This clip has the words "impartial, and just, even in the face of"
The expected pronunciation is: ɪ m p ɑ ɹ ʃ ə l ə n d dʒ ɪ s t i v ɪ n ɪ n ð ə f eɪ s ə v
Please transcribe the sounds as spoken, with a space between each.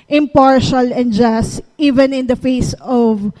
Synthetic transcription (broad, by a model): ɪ m p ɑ ɹ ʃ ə l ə n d dʒ ɪ s t i v ɪ n ɪ n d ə f eɪ s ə v